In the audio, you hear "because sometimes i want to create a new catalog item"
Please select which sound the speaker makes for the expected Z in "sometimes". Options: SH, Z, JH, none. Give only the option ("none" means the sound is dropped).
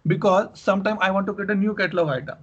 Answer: none